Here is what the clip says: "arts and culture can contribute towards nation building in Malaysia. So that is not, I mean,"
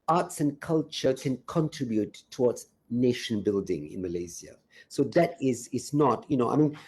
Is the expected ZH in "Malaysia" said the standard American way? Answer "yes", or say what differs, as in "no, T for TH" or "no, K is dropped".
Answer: no, Z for ZH